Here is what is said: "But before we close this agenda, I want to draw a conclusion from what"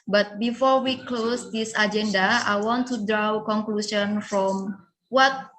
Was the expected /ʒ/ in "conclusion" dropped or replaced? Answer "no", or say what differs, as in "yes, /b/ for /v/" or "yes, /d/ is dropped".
yes, /s/ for /ʒ/